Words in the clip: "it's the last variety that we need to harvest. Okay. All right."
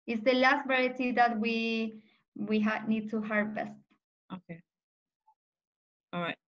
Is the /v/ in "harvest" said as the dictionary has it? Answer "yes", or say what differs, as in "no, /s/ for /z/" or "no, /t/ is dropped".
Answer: no, /b/ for /v/